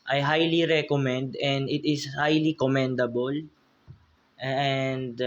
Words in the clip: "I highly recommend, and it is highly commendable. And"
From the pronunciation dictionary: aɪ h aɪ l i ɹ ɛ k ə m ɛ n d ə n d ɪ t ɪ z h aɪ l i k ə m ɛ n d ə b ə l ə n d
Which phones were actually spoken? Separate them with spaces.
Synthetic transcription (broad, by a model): aɪ h aɪ l i ɹ ɛ k ə m ɛ n d ə n d ɪ t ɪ s h aɪ l i k ə m ɛ n d ə b ə l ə n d